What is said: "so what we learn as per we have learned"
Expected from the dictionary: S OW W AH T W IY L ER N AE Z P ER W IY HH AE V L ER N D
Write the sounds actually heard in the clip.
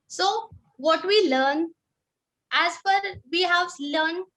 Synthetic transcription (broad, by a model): S OW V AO T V IY L ER N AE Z F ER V IY HH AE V L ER N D